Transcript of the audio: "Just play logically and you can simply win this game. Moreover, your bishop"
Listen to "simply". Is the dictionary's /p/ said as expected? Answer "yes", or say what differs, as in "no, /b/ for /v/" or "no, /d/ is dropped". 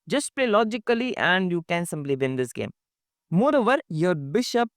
no, /b/ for /p/